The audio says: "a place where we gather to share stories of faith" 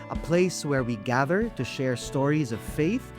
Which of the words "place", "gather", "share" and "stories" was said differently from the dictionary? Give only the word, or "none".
none